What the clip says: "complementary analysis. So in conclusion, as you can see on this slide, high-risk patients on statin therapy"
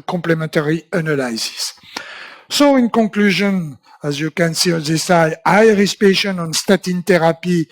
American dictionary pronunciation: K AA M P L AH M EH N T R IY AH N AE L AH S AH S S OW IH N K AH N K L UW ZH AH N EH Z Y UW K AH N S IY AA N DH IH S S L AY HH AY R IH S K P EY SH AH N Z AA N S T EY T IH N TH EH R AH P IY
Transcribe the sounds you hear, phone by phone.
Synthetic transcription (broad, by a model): K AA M P L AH M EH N T R IY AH N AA L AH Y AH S S OW IH N K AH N K L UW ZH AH N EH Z Y UW K AH N S IY AA N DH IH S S AY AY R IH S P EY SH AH N AA N S T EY T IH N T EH R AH P IY